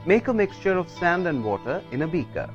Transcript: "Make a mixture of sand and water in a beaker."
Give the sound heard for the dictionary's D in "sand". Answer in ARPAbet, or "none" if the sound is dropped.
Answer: D